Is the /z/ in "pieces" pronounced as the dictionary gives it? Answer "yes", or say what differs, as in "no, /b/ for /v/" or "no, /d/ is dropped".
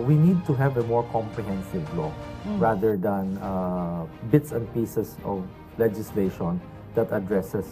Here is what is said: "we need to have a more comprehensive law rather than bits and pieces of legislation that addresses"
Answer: no, /s/ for /z/